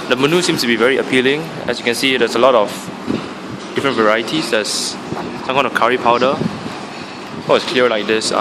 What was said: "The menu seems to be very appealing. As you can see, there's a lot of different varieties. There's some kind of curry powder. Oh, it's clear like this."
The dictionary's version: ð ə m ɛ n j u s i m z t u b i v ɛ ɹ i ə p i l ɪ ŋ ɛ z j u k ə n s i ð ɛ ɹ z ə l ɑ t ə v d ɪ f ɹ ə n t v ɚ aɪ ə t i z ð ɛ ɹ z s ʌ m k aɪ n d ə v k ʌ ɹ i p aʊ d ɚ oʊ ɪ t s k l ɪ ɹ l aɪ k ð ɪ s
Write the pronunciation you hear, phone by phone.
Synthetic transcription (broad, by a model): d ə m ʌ n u s i m s t u b i v ɛ ɹ i ə p i l ɪ ŋ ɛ s j u k ə n s i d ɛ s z ə l ɑ t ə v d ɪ f ɹ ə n v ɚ aɪ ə t i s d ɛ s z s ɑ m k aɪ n ə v k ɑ ɹ i p aʊ d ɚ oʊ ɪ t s k l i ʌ l aɪ k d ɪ s